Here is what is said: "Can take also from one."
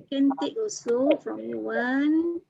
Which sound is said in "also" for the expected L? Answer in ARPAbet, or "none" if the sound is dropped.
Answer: none